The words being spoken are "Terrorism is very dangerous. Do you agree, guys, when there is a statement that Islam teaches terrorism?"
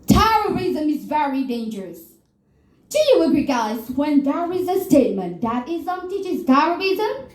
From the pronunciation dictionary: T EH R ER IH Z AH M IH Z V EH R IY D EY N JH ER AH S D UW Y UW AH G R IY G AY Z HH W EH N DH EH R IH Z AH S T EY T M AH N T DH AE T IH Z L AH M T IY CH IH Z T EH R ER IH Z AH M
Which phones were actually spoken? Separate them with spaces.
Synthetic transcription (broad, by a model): T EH R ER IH Z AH M IH Z V EH R IY D EY N JH ER AH S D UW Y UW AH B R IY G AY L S W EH N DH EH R IH Z AH S T EY T M AH N T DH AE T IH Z AH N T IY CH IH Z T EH R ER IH Z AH M